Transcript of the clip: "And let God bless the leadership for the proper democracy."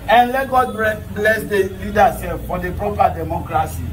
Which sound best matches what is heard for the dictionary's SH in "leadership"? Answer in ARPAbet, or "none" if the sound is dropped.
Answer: S